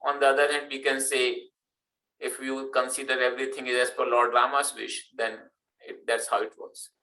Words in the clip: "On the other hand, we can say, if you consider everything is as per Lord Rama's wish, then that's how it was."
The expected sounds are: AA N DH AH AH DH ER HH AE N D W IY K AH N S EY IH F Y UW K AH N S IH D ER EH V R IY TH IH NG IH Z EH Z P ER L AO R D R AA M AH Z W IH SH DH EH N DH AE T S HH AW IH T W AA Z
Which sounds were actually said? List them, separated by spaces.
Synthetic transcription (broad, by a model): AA N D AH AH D ER HH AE N D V IY K AH N S EY IH F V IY K AH N S IH D ER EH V R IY T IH NG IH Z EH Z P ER L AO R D R AA M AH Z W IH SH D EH N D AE T S HH AW IH T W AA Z